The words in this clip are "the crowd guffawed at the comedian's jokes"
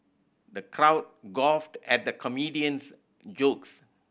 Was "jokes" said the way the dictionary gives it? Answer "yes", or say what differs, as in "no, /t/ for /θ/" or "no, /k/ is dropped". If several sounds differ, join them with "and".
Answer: yes